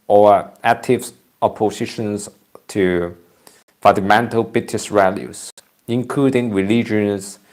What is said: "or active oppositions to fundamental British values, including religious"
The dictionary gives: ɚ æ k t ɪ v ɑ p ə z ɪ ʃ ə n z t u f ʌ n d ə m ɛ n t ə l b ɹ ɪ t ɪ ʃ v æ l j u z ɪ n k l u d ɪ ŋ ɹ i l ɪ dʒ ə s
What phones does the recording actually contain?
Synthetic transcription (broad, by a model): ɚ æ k t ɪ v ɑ p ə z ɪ ʃ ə n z t u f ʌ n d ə m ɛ n t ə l b ɹ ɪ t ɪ s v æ l j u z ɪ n k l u d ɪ ŋ ɹ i l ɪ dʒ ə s